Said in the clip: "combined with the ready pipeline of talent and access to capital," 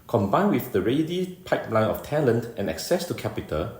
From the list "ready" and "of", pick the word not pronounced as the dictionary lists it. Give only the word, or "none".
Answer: of